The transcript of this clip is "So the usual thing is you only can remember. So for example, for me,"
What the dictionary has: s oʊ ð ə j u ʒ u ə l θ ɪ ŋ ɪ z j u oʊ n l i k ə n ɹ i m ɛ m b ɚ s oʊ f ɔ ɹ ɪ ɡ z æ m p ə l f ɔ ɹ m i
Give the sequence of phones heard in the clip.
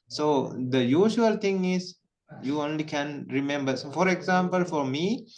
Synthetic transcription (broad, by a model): s oʊ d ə j u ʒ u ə l t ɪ ŋ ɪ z j u oʊ n l i k ə n ɹ i m ɛ m b ɚ s oʊ f ɔ ɹ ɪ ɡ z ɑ m p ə l f ɔ ɹ m i